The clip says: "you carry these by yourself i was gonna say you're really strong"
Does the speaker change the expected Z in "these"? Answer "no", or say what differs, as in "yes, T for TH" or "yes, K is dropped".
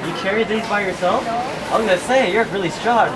no